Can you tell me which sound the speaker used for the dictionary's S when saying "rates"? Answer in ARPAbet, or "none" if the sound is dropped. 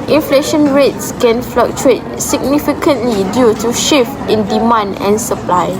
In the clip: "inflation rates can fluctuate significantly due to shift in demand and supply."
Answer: S